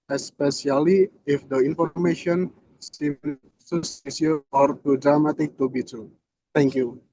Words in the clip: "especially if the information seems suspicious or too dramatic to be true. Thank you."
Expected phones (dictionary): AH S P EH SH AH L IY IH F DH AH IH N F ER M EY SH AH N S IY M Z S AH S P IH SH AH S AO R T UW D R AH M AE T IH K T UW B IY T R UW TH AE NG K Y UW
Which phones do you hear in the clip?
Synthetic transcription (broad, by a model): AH S P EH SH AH L IY IH F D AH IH N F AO M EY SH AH N S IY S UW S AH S IY AH AO R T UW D R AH M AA T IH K T UW B IY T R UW T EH NG K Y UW